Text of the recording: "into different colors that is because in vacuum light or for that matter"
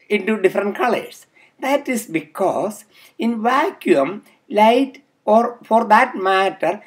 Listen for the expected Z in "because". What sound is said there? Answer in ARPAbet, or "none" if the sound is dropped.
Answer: S